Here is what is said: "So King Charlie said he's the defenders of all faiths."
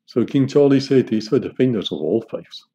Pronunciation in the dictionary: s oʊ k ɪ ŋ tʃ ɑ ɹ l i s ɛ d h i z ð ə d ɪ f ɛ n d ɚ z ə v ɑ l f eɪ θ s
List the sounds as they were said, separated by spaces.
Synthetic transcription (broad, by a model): s oʊ k ɪ ŋ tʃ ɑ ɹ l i s ɛ d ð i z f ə d ɪ f ɛ n d ɚ z ə v ɑ l f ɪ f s